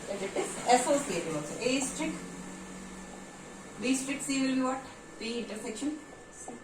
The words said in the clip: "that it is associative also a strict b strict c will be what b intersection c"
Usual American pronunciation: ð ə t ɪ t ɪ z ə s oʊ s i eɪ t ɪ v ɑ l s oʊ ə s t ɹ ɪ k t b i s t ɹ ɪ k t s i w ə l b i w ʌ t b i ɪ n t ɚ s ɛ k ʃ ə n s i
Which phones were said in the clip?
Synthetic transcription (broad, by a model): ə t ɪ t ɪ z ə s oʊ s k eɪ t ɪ ɑ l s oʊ ə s t ɹ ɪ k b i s t ɹ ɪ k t s i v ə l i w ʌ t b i ɪ n t ɚ s ɛ k ʃ ə n